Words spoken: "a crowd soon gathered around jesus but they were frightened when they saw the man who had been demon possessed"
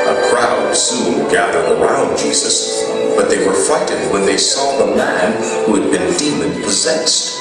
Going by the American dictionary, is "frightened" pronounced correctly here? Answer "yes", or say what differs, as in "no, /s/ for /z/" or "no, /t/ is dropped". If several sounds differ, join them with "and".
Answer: no, /ɹ/ is dropped and /n/ is dropped